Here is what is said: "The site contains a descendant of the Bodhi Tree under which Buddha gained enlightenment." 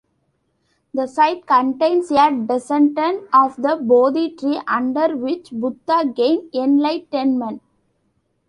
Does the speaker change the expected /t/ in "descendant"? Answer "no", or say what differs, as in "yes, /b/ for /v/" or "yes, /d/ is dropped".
yes, /t/ is dropped